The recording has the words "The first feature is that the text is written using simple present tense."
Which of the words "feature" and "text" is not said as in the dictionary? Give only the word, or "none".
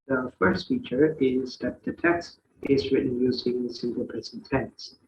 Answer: none